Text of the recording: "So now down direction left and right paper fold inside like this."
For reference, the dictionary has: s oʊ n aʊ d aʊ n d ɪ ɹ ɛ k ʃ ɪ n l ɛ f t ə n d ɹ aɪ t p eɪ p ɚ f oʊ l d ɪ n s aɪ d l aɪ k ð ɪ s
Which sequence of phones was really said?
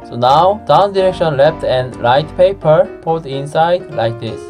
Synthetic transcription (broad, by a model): s oʊ n aʊ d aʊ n d ɪ ɹ ɛ k ʃ ɪ n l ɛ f t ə n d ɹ aɪ t p eɪ p ɚ p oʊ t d ɪ n s aɪ d l aɪ k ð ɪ s